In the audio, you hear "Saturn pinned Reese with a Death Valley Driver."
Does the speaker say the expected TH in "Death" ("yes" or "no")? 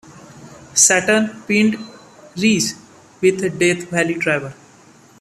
no